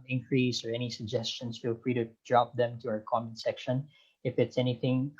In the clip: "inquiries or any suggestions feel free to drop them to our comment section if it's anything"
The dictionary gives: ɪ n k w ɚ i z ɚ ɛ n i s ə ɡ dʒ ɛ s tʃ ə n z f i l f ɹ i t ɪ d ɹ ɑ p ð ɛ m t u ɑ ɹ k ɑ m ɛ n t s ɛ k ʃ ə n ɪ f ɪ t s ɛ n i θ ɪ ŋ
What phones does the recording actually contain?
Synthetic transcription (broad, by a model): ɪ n k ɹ i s ɚ ɛ n i s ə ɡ dʒ ɛ s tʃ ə n s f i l f ɹ i t ɪ d ɹ ɑ p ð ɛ m t u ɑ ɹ k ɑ m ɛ n s ɛ k ʃ ə n ɪ f ɪ t s ɛ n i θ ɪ ŋ